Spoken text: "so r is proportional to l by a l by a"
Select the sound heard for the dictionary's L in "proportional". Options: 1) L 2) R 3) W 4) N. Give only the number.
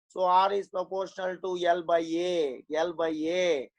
1